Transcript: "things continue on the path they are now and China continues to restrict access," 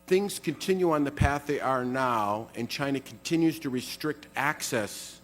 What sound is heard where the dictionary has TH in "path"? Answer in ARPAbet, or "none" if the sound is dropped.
TH